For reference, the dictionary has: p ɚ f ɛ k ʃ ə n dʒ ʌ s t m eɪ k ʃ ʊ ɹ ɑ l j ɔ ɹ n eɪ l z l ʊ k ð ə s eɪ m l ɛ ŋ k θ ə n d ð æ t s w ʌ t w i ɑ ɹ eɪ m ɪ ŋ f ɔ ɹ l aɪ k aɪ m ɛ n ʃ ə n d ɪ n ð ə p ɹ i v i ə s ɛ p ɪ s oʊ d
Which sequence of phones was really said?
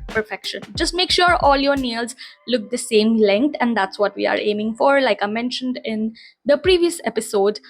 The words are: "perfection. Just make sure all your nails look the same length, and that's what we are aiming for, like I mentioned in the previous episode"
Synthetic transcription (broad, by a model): p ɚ f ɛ k ʃ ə n dʒ ʌ s t m eɪ k ʃ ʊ ɹ ɑ l j ɔ ɹ n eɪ l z l ʊ k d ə s eɪ m l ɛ ŋ k t ə n d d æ t s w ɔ t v i ɑ ɹ eɪ m ɪ ŋ f ɔ ɹ l aɪ k aɪ m ɛ n ʃ ə n d ɪ n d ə p ɹ i v i ə s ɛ p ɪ s oʊ d